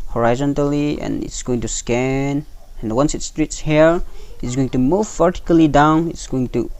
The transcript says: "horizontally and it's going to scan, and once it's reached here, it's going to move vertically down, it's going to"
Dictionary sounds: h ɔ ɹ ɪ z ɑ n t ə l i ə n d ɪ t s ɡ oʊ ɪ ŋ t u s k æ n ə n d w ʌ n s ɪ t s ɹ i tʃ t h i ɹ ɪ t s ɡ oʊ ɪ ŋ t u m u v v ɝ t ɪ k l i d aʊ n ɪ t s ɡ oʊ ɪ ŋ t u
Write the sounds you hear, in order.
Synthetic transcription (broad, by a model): h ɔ ɹ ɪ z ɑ n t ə l i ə n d ɪ t s ɡ oʊ ɪ ŋ t u s k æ n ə n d w ʌ n s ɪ t s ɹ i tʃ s h i ɹ ɪ t s ɡ oʊ ɪ ŋ t u m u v v ɝ t ɪ k l i d aʊ n ɪ t s ɡ oʊ ɪ ŋ t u